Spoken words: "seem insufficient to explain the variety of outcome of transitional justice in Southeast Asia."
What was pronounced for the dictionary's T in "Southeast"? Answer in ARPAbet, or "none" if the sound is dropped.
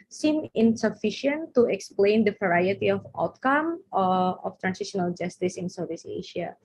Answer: none